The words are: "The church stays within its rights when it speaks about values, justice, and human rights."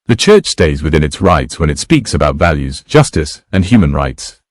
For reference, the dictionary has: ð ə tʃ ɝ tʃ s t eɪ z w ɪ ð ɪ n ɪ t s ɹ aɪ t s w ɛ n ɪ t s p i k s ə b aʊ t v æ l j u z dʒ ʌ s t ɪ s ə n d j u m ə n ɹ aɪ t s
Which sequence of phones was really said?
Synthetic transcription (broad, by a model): ð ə tʃ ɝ tʃ s t eɪ z w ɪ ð ɪ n ɪ t s ɹ aɪ t s w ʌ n ɪ t s p i k s ə b aʊ t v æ l j u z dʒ ʌ s t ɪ s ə n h j u m ə n ɹ aɪ t s